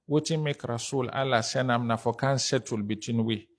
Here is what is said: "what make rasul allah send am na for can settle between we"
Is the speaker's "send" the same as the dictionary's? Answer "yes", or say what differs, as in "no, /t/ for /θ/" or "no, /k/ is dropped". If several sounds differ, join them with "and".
no, /d/ is dropped